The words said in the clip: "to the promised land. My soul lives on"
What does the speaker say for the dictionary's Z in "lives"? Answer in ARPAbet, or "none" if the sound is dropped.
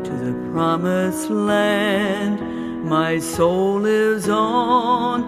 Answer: Z